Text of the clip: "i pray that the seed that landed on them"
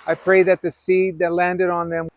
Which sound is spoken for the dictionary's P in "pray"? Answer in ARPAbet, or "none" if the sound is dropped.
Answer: P